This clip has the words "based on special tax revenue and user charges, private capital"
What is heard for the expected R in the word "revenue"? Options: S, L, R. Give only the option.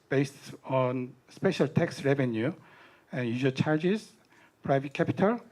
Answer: R